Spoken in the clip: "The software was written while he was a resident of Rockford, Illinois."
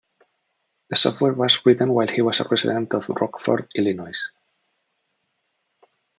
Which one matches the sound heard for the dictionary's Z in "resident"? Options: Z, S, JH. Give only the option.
S